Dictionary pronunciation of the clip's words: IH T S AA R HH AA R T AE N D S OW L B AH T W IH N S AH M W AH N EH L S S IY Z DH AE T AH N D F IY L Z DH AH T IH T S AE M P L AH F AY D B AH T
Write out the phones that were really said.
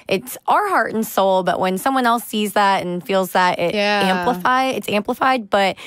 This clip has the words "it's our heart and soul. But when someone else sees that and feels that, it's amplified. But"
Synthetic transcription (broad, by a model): IH T S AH R HH AA R T N S OW L B AH T W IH N S AH M W AH N EH L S S IY Z DH AE T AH N F IY L Z DH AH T IH T S AE M P L AH F AY D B AH T